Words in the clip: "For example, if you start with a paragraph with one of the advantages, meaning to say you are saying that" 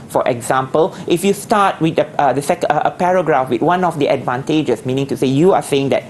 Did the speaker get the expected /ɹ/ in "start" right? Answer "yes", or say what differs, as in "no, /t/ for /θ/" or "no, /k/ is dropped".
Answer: no, /w/ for /ɹ/